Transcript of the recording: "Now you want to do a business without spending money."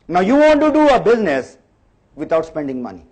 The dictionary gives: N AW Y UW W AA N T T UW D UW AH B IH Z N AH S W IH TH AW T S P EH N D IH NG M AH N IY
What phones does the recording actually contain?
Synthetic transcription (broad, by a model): N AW Y UW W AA N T T UW D UW AH B IH Z N AH S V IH T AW T S P EH N D IH NG M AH N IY